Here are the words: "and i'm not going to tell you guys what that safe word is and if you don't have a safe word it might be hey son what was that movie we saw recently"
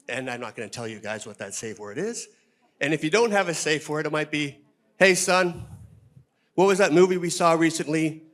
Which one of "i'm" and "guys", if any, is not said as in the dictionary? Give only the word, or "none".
none